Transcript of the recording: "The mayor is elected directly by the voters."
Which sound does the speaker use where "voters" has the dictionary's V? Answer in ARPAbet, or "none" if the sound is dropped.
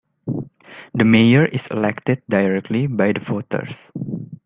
F